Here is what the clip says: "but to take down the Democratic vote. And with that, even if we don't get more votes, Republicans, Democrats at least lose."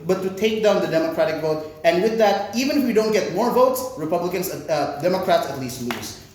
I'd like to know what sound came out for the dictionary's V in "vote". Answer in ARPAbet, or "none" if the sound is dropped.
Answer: V